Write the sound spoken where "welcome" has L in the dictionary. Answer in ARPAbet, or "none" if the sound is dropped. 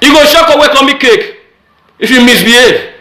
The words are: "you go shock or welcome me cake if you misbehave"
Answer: none